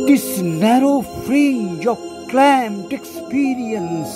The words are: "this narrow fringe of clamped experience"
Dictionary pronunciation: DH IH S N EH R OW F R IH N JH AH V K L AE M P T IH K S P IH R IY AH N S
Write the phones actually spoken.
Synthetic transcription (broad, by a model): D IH S N EH R OW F R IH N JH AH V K L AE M T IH K S P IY R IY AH N S